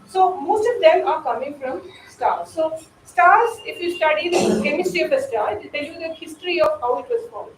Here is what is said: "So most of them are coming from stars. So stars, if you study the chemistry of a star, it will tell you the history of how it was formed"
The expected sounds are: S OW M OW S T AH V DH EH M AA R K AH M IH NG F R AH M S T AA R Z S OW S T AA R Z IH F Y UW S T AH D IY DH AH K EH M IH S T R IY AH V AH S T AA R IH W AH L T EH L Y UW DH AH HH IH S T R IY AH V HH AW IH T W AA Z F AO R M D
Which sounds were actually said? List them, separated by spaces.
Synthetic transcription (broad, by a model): S OW M OW S T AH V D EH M AA R K AH M IH NG F R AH M S T AA R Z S OW S T AA R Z IH F Y UW S T AH D IY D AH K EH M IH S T IY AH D AH S T AA R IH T T EH L Y UW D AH HH IH S T R IY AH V HH AW IH T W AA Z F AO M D